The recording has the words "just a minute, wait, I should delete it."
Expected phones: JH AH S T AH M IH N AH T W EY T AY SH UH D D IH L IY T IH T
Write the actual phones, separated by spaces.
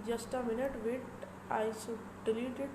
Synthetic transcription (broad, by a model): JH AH S T AH M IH N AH T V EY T AY S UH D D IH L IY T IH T